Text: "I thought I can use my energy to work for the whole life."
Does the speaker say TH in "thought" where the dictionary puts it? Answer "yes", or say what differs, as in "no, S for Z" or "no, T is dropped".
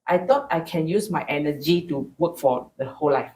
no, T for TH